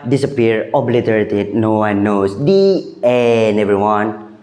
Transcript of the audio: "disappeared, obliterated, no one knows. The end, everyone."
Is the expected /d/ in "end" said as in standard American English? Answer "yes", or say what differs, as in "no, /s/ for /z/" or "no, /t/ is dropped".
no, /d/ is dropped